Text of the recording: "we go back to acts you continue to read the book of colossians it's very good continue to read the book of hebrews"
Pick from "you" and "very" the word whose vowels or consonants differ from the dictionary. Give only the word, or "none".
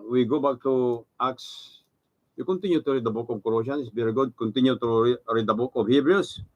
very